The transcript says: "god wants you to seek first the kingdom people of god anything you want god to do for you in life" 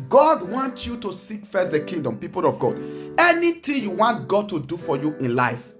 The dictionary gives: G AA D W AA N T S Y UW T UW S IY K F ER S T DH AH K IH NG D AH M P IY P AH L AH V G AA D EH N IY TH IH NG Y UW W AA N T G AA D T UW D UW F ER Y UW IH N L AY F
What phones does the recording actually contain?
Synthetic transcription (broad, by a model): G AA D W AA N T Y UW T UW S IY K F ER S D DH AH K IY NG D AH M P IY P AH L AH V G AA D EH N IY T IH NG Y UW W AA N T G AA D T UW D UW F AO Y UW IH N L AY F